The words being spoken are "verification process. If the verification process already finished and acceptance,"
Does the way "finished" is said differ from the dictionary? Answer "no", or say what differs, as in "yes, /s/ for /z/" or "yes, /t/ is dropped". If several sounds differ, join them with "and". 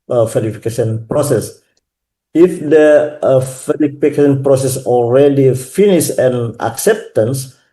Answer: yes, /t/ is dropped